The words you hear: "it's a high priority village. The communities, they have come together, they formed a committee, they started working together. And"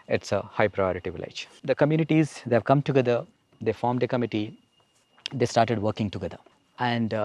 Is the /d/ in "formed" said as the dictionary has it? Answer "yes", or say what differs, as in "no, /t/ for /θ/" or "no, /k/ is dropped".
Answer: yes